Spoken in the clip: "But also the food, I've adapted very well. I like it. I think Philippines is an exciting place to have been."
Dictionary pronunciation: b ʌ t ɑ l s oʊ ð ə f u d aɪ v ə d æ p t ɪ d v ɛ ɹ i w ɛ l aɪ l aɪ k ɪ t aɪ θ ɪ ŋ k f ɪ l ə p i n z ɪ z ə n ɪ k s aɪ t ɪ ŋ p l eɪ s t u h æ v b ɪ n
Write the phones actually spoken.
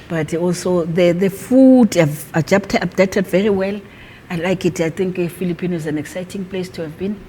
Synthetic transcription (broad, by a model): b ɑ t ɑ l s oʊ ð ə f u d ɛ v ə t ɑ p t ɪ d v ɛ ɹ i w ɛ l aɪ l aɪ k ɪ t aɪ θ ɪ ŋ k f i l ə p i n ɪ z ə n ɪ k s aɪ t ɪ ŋ p l eɪ s t u h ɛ v b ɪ n